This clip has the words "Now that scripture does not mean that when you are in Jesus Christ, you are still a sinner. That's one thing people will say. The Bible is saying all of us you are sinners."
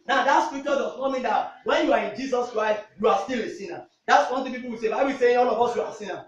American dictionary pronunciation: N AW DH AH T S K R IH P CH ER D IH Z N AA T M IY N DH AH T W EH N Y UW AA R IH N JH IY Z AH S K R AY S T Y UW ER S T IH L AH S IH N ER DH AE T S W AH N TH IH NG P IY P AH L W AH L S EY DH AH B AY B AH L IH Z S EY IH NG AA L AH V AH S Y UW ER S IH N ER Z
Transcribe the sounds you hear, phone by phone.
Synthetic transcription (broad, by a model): N AW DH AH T S K R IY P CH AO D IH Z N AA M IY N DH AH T W EH N Y UW AA R IH N JH IY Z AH S K R AY S T Y UW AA S T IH L AH S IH N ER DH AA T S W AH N T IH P IY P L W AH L S EY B AY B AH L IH S EY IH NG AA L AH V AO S Y UW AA S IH N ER